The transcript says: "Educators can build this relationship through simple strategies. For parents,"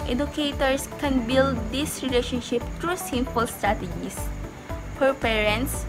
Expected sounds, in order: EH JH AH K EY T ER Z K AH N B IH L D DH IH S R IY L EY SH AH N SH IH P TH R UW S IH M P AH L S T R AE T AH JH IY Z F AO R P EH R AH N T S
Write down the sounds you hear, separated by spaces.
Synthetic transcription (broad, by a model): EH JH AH K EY T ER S K AH N B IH L D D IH S R IY L EY SH AH N SH IH P T R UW S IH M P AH L S T R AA T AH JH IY S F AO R P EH R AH N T S